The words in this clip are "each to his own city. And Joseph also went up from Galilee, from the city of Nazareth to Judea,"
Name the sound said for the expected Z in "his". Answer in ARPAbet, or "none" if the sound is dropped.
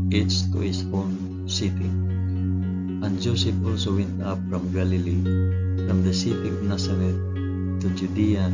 S